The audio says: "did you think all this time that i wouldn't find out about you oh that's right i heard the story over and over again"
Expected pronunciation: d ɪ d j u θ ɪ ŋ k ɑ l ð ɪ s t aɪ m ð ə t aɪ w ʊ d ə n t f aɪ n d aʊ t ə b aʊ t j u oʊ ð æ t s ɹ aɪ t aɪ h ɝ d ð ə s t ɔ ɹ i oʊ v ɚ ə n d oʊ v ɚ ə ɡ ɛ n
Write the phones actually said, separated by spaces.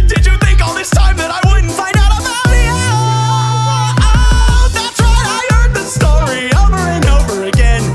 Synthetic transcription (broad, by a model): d ɪ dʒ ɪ θ ɪ ŋ k ɑ l ð ɪ s t aɪ m ð ə t aɪ w ʊ d n t f aɪ n d aʊ t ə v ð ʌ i ð æ t s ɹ aɪ aɪ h ɝ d ð ə s t ɔ ɹ i oʊ v ɚ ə n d oʊ v ɚ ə ɡ ɛ n